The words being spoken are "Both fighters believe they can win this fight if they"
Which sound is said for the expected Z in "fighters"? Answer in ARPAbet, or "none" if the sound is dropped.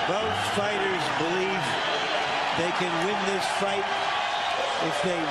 Z